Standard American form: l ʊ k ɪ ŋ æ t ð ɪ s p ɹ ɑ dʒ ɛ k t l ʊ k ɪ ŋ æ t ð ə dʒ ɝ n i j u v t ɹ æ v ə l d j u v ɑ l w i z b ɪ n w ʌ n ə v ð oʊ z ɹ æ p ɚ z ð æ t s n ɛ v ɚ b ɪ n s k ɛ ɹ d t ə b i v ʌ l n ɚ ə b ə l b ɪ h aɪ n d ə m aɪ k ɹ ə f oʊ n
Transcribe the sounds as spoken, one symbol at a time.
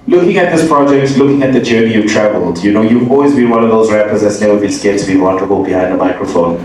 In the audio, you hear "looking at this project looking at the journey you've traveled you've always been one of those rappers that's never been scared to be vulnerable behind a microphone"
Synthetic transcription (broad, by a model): l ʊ k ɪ ŋ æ t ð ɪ s p ɹ ɑ dʒ ɛ k t l ʊ k ɪ ŋ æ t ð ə dʒ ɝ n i j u t ɹ æ v ə l d j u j ɑ l w i z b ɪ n w ʌ n ə v ð oʊ z ɹ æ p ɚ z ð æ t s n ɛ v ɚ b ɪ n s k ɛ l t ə b i w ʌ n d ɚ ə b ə l b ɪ h aɪ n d ə m aɪ k ɹ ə f oʊ n